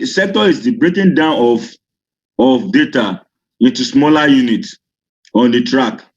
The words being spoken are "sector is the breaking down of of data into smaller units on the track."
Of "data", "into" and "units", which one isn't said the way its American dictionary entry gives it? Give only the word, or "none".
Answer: units